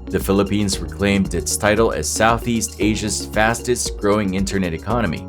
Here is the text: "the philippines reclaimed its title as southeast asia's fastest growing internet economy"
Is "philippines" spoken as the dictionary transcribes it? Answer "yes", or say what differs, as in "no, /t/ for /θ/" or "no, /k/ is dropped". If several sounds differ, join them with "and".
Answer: yes